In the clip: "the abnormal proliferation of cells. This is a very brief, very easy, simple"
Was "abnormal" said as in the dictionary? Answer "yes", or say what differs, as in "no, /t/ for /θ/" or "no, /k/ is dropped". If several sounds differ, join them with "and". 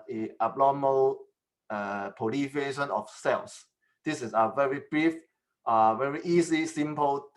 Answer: no, /l/ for /n/